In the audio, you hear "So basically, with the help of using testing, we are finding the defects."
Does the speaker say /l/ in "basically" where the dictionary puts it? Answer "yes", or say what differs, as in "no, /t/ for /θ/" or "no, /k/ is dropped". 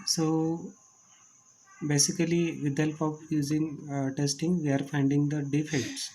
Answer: no, /l/ is dropped